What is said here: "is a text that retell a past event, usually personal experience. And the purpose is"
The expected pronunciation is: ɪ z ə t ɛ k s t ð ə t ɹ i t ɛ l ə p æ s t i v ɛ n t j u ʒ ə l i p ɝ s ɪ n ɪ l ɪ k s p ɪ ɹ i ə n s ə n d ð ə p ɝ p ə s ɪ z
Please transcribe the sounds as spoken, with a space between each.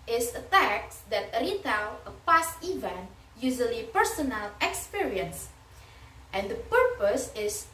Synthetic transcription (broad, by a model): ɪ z ə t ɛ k t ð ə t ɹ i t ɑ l ə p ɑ s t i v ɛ n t j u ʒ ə l i p ɝ s ɪ n ɪ l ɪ k s p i ɹ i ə n s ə n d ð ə p ɝ p ə s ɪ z